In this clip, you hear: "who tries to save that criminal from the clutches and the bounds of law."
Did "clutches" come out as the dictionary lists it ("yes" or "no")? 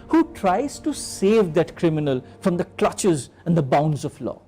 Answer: yes